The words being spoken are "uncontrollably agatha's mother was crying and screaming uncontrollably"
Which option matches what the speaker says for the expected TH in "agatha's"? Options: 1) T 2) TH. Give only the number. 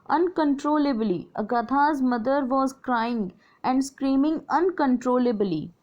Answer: 1